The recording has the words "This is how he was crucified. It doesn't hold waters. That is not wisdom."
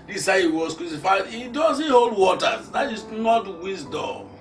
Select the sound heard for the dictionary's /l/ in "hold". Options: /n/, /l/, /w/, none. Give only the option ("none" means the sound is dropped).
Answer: /l/